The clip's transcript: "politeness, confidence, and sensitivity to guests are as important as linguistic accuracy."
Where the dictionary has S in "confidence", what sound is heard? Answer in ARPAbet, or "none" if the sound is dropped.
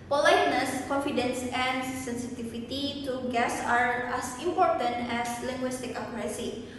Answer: S